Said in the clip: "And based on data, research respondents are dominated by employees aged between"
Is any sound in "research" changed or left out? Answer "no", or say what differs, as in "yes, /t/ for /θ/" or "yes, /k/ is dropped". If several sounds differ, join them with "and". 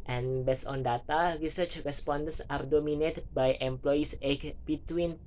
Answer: no